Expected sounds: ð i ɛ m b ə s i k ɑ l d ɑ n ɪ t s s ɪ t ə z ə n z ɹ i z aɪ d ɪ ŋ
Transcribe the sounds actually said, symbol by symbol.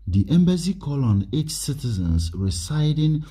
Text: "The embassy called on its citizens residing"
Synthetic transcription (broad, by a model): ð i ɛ m b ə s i k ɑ l ɑ n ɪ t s s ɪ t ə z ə n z ɹ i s aɪ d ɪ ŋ